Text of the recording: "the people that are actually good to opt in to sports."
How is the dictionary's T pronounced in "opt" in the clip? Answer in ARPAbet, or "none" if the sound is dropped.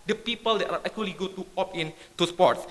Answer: none